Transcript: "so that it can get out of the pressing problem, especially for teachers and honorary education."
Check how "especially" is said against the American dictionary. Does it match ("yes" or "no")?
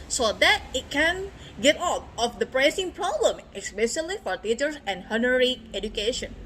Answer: no